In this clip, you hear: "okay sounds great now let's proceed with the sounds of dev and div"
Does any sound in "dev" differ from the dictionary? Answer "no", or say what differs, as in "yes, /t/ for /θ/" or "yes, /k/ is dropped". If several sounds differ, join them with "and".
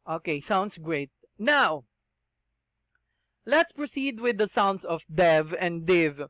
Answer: no